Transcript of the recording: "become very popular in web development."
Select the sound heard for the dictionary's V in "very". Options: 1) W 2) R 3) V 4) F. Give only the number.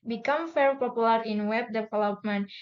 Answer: 4